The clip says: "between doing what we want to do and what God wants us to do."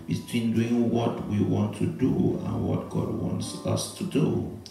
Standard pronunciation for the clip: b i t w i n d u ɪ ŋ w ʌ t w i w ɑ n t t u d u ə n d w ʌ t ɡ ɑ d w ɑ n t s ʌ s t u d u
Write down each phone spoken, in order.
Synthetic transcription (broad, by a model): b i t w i n d u ɪ ŋ w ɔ t w i w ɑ n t t u d u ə n w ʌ t ɡ ɑ d w ɑ n t s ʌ s t u d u